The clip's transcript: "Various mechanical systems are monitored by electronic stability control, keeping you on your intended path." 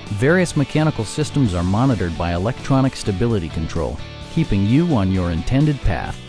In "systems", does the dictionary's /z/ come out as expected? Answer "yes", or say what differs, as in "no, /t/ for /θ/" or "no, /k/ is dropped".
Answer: yes